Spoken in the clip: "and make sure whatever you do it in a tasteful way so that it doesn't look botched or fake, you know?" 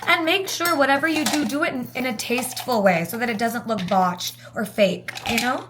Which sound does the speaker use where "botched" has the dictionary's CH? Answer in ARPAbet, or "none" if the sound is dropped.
CH